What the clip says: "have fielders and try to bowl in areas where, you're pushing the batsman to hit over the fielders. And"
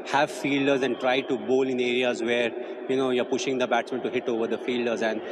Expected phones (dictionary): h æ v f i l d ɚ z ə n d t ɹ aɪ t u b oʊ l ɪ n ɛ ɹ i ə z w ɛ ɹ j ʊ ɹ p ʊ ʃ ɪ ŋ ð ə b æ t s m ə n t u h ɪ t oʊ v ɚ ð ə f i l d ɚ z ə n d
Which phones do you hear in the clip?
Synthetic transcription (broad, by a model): h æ v f i l d ɚ z ə n d t ɹ aɪ t u b oʊ l ɪ n ɛ ɹ i ə z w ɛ ɹ j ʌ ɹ p ʊ ʃ ɪ ŋ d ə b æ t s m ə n t u h ɪ t oʊ v ɚ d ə f i l d ɚ z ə n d